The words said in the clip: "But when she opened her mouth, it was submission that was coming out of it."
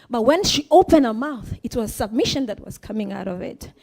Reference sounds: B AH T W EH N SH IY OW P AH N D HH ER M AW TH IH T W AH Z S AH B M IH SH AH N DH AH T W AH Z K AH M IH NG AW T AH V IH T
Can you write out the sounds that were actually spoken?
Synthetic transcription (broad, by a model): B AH T W EH N SH IY OW P AH N D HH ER M AW TH IH T W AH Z S AH B M IH SH AH N DH AH T W AH Z K AH M IH NG AW T AH V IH T